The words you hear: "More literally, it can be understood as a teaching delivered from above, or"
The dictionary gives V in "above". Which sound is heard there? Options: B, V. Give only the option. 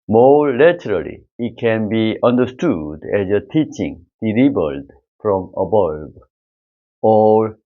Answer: B